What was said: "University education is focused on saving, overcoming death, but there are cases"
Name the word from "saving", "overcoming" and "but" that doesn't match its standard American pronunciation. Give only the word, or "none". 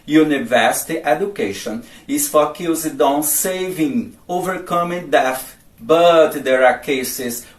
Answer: none